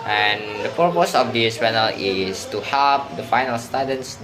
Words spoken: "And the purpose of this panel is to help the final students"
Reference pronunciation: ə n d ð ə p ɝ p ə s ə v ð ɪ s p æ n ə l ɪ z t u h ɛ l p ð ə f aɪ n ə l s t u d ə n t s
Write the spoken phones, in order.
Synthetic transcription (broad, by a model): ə n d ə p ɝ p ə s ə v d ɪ s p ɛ n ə l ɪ s t u h ɛ l p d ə f aɪ n ə l s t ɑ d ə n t s